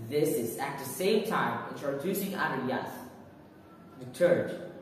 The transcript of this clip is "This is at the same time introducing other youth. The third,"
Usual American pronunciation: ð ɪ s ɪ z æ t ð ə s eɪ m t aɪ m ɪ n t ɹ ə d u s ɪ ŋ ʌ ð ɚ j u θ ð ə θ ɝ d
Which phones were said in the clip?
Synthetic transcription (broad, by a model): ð ɪ s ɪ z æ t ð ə s eɪ m t aɪ m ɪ t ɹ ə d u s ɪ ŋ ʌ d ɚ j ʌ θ ð ə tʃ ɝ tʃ